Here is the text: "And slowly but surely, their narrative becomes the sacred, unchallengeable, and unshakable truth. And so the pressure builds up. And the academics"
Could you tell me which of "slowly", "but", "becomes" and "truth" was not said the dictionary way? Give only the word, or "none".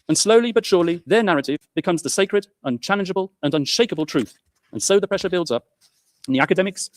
none